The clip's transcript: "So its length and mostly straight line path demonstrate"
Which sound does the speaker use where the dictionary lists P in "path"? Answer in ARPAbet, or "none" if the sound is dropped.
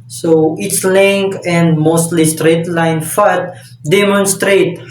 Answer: F